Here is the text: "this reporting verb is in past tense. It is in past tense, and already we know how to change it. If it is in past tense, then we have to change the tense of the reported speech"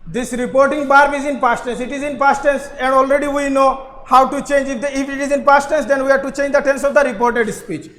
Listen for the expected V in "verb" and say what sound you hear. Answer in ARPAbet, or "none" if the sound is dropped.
B